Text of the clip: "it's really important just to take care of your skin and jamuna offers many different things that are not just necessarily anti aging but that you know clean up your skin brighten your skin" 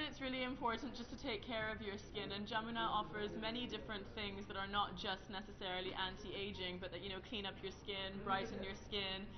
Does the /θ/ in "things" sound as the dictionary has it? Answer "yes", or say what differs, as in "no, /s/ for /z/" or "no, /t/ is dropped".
yes